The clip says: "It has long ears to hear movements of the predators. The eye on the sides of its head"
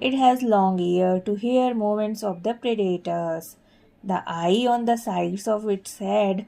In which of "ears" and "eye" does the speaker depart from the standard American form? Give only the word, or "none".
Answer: ears